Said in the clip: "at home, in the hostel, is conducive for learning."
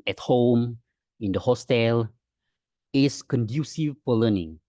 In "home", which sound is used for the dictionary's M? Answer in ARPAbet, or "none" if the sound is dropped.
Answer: M